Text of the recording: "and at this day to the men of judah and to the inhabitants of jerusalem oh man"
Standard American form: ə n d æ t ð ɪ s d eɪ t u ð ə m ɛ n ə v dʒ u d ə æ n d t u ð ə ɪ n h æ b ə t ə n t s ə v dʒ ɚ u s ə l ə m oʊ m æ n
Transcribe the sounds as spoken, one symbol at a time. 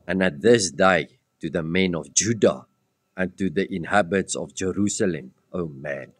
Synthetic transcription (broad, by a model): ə n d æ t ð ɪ s d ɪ t u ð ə m ɛ n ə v dʒ u d ə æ n t u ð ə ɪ n h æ b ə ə t s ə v dʒ ɚ u s ə l ə m oʊ m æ n